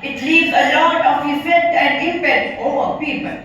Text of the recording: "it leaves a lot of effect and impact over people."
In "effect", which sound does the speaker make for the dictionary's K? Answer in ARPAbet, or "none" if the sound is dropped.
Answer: none